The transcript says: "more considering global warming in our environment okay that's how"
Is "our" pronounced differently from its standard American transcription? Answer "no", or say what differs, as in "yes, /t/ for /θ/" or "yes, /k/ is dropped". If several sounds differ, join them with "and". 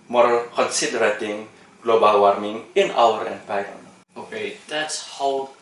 yes, /l/ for /ɹ/